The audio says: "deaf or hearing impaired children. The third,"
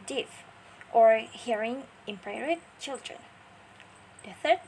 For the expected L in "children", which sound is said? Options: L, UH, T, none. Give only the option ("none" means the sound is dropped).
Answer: L